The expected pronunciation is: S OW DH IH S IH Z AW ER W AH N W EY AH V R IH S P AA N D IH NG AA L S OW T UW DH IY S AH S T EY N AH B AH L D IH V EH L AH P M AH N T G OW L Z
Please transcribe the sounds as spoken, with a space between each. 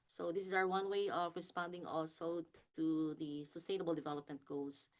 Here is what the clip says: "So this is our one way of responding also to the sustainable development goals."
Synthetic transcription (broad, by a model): S OW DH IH S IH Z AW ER W AH N W EY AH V R IH S P AA N D IH NG AA L S OW T UW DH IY S AH S T EY N AH B AH L D IH V EH L AH P M AH N T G OW L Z